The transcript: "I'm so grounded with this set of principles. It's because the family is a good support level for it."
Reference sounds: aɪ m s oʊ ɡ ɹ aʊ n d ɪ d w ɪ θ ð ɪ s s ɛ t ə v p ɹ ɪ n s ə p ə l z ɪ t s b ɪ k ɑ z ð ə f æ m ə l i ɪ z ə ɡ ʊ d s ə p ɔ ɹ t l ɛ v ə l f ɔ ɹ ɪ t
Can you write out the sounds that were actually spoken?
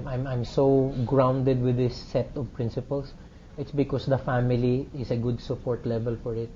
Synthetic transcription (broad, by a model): aɪ m s oʊ ɡ ɹ aʊ n d ɪ d w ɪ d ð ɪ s s ɛ t ə v p ɹ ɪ n s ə p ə l s ɪ t s b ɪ k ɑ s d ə f æ m ə l i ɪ s ə ɡ ʊ d s ə p ɔ ɹ t l ɛ v ə l f ɔ ɹ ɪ t